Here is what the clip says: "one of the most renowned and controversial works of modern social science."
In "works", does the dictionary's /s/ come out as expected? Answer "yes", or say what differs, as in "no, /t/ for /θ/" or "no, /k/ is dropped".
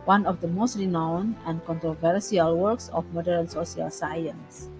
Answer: yes